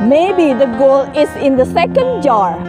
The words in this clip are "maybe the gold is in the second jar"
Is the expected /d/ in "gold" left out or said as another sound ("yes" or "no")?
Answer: yes